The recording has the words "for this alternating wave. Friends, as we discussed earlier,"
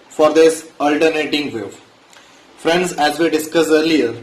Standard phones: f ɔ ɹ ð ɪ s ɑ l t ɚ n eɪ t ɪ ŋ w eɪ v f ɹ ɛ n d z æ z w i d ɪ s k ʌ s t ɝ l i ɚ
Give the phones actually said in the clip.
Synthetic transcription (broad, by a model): f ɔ ɹ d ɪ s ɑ l t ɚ n eɪ t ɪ ŋ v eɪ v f ɹ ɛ n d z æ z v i d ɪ s k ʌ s ɝ l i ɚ